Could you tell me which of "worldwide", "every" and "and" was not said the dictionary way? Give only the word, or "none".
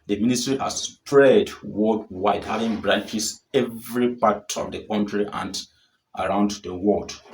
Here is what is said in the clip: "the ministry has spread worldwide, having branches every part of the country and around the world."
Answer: worldwide